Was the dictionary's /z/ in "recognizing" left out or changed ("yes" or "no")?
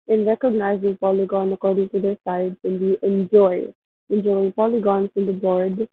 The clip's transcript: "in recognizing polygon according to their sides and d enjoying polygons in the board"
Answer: no